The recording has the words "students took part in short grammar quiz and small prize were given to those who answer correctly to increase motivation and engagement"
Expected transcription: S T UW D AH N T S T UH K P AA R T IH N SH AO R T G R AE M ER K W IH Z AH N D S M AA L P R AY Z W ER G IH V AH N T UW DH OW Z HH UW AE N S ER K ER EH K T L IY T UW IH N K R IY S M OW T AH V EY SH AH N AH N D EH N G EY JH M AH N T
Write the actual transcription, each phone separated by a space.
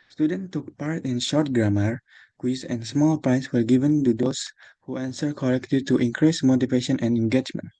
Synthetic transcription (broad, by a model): S T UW D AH N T T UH K P AA R T IH N SH AO R T G R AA M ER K W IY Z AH N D S M AA L P R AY S W ER G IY V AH N T UW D OW S HH UW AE N S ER K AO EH K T L IY T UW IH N K R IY S M OW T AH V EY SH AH N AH N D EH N G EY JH M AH N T